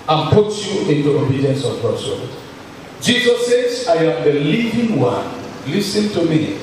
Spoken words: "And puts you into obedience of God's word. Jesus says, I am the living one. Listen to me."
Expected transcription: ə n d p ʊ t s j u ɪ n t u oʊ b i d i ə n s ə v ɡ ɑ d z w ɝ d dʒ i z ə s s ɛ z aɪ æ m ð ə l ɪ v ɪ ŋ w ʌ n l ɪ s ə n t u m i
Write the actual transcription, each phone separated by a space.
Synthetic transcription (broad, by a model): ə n p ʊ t j u ɪ n t u oʊ b i d i ə n s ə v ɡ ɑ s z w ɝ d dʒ i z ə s s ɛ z aɪ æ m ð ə l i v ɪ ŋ w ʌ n l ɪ s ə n t u m i